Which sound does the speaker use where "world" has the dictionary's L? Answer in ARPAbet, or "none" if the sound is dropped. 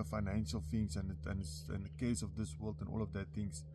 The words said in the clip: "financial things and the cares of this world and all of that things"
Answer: L